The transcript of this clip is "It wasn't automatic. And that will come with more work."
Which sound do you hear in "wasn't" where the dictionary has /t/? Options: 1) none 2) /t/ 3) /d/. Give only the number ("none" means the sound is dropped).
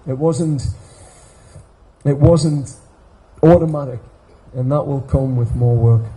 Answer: 2